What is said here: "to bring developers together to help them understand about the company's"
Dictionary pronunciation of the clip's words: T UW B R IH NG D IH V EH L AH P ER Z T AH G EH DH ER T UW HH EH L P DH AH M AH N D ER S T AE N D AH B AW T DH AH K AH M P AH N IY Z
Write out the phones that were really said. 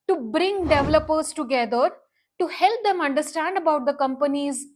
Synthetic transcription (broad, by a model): T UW B R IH NG D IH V L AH P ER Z T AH G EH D ER T UW HH EH L P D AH M AH N D ER S T AE N D AH B AW T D AH K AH M P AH N IY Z